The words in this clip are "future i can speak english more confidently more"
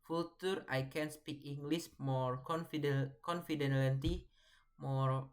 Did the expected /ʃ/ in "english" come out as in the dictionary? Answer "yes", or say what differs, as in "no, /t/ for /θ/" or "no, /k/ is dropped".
no, /s/ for /ʃ/